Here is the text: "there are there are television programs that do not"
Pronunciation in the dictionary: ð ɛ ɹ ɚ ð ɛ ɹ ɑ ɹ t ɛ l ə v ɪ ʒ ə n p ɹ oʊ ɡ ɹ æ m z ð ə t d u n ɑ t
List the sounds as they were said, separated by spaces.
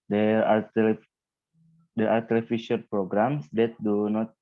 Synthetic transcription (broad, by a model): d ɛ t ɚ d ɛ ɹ ɑ ɹ t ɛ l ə f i ʃ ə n p ɹ oʊ ɡ ɹ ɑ m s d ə t d u n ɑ t